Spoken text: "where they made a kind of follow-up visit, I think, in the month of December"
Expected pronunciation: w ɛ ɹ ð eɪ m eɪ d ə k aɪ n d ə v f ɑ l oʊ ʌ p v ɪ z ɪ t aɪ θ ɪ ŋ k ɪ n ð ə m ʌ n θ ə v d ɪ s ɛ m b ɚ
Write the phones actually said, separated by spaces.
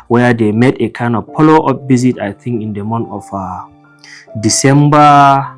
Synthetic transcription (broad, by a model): w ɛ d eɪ m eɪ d ə k aɪ n d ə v p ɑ l oʊ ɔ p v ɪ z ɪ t aɪ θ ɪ ŋ k ɪ n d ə m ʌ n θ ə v d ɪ s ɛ m b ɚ